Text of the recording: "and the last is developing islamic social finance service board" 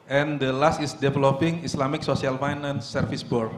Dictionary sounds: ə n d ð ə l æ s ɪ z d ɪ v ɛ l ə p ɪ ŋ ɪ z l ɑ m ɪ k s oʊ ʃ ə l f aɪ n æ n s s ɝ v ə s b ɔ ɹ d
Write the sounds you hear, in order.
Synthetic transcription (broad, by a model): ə n d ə l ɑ s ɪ s d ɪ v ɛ l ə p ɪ ŋ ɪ s l ɑ m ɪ k s oʊ s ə l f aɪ n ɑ n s s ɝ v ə s b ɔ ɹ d